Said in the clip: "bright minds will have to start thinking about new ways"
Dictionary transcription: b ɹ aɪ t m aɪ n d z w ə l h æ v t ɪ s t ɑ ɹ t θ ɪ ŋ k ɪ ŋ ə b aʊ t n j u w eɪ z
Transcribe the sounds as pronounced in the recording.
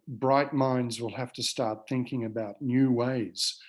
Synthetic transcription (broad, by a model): b ɹ aɪ t m aɪ n d z w ə l h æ f t ɪ s t ɑ ɹ t θ ɪ ŋ k ɪ ŋ ə b aʊ t n j u w eɪ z